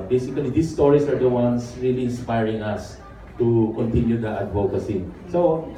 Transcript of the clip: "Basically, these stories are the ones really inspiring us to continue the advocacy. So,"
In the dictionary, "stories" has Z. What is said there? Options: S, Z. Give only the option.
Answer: S